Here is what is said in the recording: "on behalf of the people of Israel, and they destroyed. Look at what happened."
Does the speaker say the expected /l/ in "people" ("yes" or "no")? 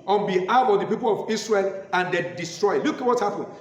yes